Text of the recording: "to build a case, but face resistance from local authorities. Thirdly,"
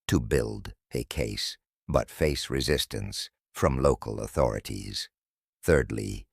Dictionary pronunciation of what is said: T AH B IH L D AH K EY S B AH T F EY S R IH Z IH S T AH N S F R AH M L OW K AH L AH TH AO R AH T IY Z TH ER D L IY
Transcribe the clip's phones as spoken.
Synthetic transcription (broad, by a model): T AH B IH L D AH K EY S B AH T F EY S R IH Z IH S T AH N S F R AH M L OW K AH L AH TH AO R AH T IY Z TH ER D L IY